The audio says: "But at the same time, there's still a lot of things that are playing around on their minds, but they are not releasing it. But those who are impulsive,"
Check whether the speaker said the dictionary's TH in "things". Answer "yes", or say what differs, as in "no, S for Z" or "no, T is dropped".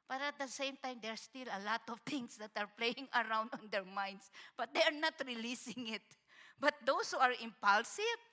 no, T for TH